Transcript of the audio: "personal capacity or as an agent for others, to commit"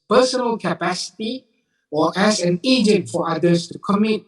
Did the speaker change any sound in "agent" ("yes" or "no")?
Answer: no